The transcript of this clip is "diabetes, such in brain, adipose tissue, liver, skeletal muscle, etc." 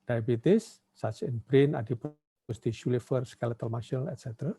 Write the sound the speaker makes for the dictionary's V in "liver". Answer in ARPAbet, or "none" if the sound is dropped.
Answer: F